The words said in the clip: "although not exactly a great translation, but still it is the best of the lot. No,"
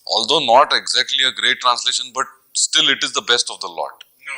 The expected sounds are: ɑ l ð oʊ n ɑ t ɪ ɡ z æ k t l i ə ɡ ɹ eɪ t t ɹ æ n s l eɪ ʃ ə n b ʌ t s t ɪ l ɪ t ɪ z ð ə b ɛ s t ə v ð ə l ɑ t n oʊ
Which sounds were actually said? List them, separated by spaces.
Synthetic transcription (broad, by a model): ɑ l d oʊ n ɑ t ɪ ɡ z æ k t l i ə ɡ ɹ eɪ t t ɹ æ n s l eɪ ʃ ə n b ʌ t s t ɪ l ɪ t ɪ z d ə b ɛ s t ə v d ə l ɑ t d